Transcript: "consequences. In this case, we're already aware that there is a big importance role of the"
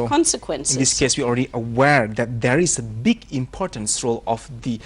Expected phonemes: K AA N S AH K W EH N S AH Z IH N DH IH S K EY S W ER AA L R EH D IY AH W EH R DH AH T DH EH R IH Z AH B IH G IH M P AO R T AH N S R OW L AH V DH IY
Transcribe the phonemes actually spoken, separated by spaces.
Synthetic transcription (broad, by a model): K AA N S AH K W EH N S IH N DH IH S K EY S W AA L R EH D IY AH W EH R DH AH T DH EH R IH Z AH B IH G IH M P AO R T AH N S R OW L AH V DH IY